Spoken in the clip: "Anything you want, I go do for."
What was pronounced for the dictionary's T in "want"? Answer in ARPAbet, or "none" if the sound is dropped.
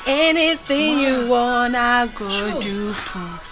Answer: none